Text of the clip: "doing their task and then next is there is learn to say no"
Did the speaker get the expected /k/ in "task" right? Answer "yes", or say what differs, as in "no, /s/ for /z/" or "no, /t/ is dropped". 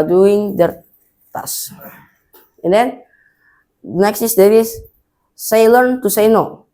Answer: no, /k/ is dropped